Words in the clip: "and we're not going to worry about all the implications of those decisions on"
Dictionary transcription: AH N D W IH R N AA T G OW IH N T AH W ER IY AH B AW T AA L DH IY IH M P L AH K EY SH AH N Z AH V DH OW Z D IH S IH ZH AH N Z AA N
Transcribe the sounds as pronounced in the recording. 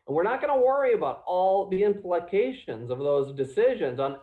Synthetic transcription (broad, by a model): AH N W IH R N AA T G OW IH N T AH W ER IY AH B AW T AA L DH IY IH M P L AH K EY SH AH N Z AH V DH OW Z D IH S IH ZH AH N Z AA N